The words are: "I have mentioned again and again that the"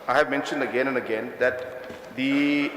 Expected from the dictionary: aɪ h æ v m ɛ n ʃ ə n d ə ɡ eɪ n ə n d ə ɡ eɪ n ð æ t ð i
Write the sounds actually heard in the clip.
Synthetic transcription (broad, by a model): aɪ h æ v m ɛ n ʃ ə n d ə ɡ eɪ n ə n d ə ɡ eɪ n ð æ t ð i